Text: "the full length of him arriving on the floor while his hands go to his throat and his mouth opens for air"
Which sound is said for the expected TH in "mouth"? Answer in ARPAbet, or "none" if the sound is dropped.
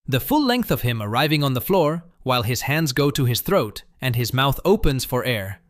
TH